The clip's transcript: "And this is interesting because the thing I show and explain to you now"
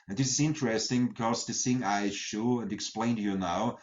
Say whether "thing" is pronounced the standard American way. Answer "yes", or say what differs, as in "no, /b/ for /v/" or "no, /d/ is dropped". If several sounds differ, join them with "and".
no, /s/ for /θ/